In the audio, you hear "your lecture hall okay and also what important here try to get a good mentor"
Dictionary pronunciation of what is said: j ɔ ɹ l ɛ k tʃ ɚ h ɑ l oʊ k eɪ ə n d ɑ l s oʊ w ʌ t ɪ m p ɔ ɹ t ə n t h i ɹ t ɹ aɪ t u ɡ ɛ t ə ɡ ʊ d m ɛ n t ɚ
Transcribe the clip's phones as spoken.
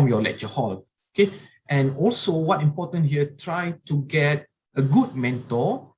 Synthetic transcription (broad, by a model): j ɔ l ɛ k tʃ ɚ h ɑ l oʊ k eɪ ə n ɑ l s oʊ w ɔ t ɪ m p ɔ t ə n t h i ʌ t ɹ aɪ t u ɡ ɛ t ə ɡ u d m ɛ n t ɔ